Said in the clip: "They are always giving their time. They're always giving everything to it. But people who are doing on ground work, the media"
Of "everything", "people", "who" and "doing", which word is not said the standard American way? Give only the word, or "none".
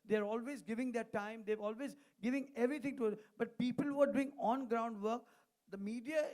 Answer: everything